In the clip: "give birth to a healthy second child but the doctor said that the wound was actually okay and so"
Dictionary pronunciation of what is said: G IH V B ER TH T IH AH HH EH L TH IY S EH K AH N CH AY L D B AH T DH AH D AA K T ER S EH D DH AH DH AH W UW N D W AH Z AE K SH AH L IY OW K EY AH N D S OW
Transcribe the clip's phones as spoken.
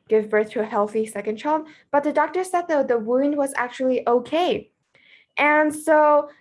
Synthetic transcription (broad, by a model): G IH V B ER TH T IH AH HH EH L TH IY S EH K AH N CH AY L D B AH T DH AH D AA K T ER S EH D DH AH DH AH W UW N D W AH Z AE K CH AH L IY OW K EY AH N S OW